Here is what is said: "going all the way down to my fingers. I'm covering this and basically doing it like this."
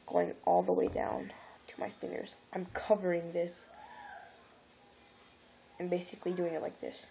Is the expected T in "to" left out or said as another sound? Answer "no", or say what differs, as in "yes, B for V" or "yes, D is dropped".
no